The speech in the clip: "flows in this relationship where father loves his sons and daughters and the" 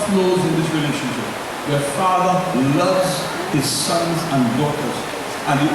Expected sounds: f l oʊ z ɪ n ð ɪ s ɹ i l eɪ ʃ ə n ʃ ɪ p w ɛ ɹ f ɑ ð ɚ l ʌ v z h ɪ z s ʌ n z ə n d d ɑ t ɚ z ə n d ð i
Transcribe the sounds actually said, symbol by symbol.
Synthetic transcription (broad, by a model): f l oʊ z ɪ n ð ɪ s ɹ i l eɪ ʃ ə n ʃ ɪ p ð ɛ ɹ f ɑ ð ɚ l ʌ v z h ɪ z s ʌ n z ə n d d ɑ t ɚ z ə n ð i